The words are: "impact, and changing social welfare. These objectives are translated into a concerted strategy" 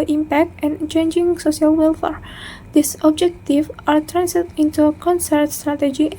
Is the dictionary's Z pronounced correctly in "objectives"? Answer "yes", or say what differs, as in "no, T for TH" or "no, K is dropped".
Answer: no, Z is dropped